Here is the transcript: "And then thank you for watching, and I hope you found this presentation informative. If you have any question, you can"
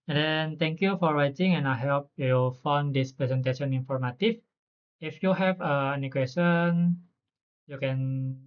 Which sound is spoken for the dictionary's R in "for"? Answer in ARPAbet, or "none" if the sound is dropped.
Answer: R